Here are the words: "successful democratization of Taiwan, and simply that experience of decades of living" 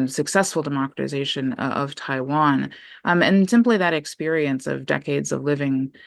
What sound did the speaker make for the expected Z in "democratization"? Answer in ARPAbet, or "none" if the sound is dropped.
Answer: Z